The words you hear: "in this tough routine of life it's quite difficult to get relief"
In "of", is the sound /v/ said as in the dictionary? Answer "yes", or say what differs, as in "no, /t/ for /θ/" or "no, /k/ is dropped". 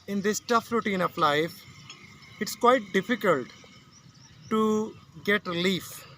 no, /p/ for /v/